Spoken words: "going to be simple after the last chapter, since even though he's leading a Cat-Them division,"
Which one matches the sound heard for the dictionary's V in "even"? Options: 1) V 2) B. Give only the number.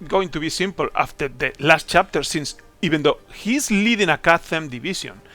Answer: 2